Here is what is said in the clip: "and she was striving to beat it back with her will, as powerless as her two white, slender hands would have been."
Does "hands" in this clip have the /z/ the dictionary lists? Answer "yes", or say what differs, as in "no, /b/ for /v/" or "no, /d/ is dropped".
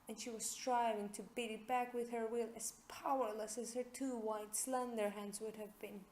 yes